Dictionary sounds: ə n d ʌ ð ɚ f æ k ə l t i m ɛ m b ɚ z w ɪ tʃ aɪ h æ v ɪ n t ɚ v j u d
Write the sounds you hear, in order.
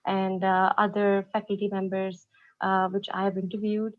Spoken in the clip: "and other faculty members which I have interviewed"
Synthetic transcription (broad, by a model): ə n d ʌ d ɚ f æ k ə l t i m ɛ m b ɚ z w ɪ tʃ aɪ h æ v ɪ n t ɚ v j u d